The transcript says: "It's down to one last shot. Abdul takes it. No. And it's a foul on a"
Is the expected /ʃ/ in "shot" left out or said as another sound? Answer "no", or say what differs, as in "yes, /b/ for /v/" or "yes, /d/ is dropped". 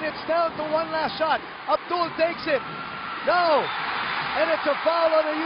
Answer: no